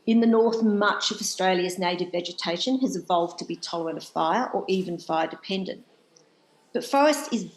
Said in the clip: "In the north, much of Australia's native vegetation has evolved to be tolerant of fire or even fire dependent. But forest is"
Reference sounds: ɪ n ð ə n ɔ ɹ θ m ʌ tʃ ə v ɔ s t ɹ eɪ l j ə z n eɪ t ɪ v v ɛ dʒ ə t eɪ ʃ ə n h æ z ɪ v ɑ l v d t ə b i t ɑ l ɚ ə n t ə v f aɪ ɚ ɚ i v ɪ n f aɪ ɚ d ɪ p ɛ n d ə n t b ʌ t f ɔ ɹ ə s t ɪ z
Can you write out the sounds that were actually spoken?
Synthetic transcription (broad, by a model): ɪ n ð ə n ɔ ɹ θ m ʌ tʃ ə v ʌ s t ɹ eɪ l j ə z n eɪ t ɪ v v ɛ dʒ ə t eɪ ʃ ə n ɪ z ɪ v ɑ l v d t ə b i t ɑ l ɚ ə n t ə v f aɪ ɚ ɚ i v ɪ n f aɪ ɚ d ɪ p ɛ n d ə n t b ʌ t f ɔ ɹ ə s t ɪ z